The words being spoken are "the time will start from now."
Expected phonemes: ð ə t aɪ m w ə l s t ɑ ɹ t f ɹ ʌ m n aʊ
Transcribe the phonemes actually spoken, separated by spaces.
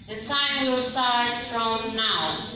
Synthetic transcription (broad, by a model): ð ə t aɪ m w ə w s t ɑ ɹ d f ɹ ʌ m n aʊ